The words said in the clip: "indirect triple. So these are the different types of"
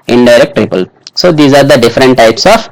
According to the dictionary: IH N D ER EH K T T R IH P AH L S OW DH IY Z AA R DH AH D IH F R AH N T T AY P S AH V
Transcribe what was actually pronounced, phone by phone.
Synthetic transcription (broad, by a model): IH N D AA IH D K T R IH P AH L S OW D IY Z AA R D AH D IH F R AH N T T AY P S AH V